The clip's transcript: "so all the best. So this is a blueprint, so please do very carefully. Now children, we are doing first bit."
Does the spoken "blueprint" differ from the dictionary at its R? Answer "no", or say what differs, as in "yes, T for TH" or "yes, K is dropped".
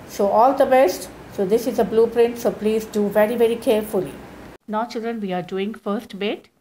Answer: no